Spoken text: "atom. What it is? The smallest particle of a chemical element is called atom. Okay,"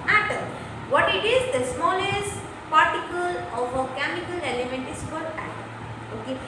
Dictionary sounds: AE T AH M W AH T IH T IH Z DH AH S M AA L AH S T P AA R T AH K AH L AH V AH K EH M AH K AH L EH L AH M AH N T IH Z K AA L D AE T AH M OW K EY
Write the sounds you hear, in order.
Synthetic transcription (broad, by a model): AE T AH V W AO T IH T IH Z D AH S M AA L AH S T P AA R T AH K AH L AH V AH K EH M AH K AH L EH L AH M AH N T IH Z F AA D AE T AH OW K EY